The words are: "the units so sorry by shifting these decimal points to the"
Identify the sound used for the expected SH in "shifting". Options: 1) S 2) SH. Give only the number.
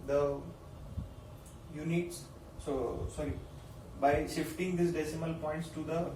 2